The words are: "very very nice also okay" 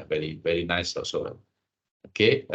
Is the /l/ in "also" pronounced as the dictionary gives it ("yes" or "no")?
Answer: no